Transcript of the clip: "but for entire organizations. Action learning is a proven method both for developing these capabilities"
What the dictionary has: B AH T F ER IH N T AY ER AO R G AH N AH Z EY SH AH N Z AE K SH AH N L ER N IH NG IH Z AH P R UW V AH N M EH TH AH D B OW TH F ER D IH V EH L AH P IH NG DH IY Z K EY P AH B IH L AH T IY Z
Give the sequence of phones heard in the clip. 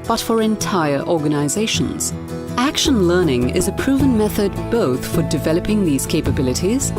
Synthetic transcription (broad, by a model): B AH T F ER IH N T AY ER AO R G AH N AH Z EY SH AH N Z AE K SH AH N L ER N IH NG IH Z AH P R UW V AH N M EH TH AH D B OW TH F ER D IH V EH L AH P IH NG DH IY Z K EY P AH B IH L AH T IY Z